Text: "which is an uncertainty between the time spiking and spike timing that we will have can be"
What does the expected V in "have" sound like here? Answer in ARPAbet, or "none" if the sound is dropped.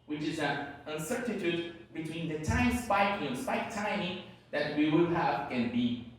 V